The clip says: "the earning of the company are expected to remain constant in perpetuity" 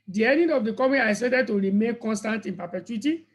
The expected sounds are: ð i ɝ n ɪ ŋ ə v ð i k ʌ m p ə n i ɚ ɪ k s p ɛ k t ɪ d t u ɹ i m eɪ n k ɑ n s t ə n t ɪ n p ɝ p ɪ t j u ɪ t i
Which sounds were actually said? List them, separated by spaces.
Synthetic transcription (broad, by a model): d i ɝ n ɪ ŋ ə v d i k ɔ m ə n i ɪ s ɛ t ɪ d t u ɹ i m eɪ n k ɑ n s t ə n t ɪ n p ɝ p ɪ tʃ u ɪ t i